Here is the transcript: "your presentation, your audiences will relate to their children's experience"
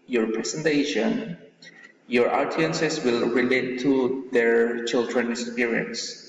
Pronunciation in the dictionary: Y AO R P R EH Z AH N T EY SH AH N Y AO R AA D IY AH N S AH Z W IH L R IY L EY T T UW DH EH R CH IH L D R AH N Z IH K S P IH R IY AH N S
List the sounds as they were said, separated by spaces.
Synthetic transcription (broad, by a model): Y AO R P R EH S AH N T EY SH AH N Y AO R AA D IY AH N S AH S W IH L R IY L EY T T UW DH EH R CH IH L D R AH N IH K S P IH R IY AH N S